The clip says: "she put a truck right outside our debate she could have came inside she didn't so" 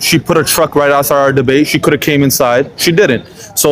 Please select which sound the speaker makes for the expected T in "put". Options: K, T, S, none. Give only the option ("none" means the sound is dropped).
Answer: T